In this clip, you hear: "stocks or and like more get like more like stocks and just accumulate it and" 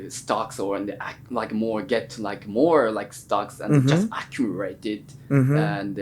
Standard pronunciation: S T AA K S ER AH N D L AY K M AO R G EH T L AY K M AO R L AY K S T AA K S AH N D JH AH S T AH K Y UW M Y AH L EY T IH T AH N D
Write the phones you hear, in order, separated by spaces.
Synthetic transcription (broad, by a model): S T AA K S ER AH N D L AY K M AO R G EH T L AY K M AO R L AY K S T AA K S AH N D JH AH S T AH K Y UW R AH IH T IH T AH N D